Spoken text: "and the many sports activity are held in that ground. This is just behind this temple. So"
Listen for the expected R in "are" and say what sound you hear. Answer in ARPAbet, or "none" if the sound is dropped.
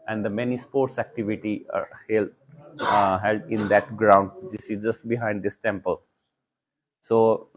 L